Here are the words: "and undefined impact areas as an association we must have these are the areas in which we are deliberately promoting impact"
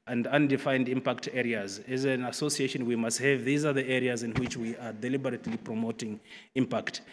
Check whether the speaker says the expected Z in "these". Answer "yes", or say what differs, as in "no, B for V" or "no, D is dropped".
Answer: yes